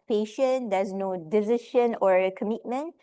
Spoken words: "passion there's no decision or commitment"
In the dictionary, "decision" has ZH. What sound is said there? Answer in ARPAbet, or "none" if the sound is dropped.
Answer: SH